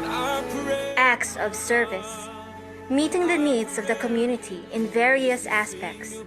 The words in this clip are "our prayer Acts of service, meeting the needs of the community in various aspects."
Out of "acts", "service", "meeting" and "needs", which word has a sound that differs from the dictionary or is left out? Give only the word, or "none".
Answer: none